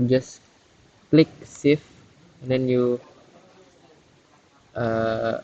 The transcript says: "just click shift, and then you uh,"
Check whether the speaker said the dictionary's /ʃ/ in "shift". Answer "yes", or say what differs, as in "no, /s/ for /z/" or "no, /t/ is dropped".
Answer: no, /s/ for /ʃ/